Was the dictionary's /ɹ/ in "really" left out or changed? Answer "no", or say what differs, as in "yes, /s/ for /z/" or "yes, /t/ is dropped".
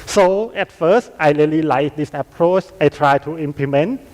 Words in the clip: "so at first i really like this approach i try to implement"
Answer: yes, /l/ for /ɹ/